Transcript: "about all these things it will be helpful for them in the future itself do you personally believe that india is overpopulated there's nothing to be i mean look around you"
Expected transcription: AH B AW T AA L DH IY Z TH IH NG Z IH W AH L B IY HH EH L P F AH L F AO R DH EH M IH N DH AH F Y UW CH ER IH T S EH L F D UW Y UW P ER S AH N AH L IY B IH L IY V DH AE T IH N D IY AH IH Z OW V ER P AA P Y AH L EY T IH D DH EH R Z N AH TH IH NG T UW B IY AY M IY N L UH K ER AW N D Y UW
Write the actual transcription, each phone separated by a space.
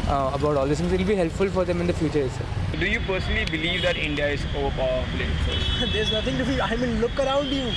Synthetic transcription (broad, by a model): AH B AW T AA L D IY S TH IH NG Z IH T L B IY HH EH L P F AH L F AO R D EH M IH N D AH F Y UW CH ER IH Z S D UW Y UW P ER S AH N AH L IY B IH L IY V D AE T IH N D IY AH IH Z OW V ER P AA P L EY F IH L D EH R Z N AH T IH NG T UW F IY AY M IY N L UH K ER AW N D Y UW